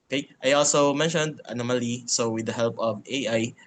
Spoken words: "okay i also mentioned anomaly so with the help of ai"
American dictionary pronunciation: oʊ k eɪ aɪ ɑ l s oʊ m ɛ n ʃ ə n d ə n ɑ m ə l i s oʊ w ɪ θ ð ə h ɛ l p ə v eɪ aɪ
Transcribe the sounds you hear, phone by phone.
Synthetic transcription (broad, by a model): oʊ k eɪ aɪ ɑ l s oʊ m ɛ n ʃ ə n d ə n ɑ m ə l i s oʊ w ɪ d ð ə h ɛ l p ə v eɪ aɪ